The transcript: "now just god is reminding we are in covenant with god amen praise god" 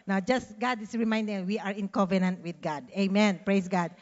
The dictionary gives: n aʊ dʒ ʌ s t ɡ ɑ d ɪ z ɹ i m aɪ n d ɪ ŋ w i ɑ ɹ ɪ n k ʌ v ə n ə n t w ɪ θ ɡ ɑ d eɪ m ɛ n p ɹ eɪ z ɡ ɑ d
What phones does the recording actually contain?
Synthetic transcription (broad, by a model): n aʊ dʒ ʌ s t ɡ ɑ d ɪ s ɹ i m aɪ n d ɪ ŋ w i ɑ ɹ ɪ n k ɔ v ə n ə n t w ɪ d ɡ ɑ d eɪ m ɛ n p ɹ eɪ s ɡ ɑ d